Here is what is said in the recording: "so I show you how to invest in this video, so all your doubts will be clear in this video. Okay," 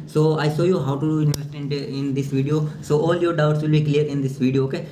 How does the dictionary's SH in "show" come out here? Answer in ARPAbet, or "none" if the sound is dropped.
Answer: S